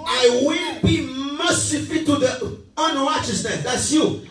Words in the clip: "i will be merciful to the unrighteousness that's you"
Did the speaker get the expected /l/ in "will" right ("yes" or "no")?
no